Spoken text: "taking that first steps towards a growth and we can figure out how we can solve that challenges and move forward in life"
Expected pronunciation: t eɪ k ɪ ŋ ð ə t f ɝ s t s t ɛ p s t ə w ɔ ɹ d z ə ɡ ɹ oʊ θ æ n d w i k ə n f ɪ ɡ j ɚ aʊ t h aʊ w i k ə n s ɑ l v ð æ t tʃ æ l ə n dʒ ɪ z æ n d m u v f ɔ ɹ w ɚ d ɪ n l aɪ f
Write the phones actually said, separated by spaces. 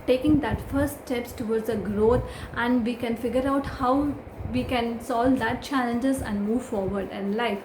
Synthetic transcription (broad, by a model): t eɪ k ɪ ŋ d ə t f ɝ t s t ɛ p s t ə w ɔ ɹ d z ə ɡ ɹ oʊ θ æ n d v i k ə n f ɪ ɡ j ɚ aʊ t h aʊ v i k ə n s ɑ l v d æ t tʃ æ l ə n dʒ ɪ z æ n d m u v f ɔ ɹ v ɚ d ɪ n l aɪ f